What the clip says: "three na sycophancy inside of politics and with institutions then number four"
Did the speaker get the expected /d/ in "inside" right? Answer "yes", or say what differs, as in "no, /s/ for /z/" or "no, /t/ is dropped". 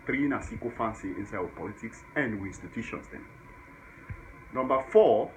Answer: no, /d/ is dropped